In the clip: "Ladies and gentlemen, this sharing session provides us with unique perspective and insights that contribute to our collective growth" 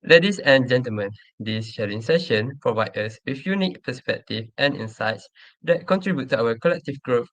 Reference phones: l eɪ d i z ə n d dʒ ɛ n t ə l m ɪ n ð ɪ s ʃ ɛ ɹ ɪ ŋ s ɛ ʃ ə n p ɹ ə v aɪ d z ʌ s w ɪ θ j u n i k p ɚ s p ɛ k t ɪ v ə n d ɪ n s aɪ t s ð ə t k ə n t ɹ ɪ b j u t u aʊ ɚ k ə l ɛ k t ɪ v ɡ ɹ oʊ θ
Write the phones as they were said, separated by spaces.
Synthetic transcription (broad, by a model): l eɪ d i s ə n dʒ ɛ n t ə l m ɪ n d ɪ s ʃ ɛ ɹ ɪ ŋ s ɛ ʃ ə n p ɹ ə v aɪ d ʌ s w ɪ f j u n i k p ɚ s p ɛ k t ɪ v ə n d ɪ n s aɪ t s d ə t k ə n t ɹ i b j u t u aʊ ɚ k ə l ɛ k t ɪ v ɡ ɹ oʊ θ